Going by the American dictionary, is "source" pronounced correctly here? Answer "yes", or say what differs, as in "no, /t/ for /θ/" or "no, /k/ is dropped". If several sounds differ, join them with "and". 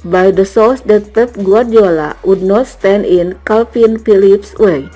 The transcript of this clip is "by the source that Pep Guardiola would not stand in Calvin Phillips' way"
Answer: no, /l/ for /ɹ/